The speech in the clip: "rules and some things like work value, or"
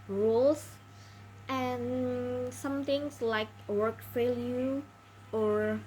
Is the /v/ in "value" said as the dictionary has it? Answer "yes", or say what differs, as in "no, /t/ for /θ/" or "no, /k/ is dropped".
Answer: no, /f/ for /v/